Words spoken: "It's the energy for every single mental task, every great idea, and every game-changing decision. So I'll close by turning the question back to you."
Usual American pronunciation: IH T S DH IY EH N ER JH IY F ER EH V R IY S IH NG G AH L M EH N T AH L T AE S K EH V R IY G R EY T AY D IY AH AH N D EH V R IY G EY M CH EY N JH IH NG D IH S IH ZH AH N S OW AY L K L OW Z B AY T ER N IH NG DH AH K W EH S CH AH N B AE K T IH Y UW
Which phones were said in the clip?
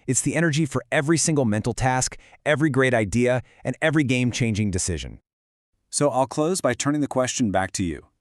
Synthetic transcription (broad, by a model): IH T S DH IY EH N ER JH IY F ER EH V R IY S IH NG G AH L M EH N T L T AE S K EH V R IY G R EY T AY D IY AH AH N EH V R IY G EY M CH EY N JH IH NG D IH S IH ZH AH N S OW AY L K L OW Z B AY T ER N IH NG DH AH K W EH S CH AH N B AE K T IH Y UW